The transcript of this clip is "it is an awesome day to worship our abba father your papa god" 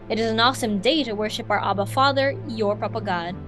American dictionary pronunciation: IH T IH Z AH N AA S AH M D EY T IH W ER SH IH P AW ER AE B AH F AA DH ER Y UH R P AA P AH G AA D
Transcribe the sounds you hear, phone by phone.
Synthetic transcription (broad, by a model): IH T IH Z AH N AA S AH M D EY T IH W ER SH IH P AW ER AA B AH F AA DH ER Y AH R P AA P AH G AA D